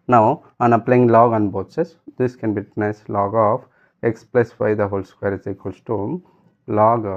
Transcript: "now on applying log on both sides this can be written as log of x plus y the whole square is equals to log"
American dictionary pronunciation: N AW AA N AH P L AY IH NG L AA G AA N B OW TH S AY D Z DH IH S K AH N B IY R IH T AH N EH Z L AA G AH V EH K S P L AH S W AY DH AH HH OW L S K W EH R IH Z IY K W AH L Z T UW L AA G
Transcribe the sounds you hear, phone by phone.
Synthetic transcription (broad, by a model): N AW AA N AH P L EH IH NG L AA G AA N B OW T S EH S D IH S K AH N B IY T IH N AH IH S L AA G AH F EH K S P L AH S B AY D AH HH OW L S K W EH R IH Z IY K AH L S T UW L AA G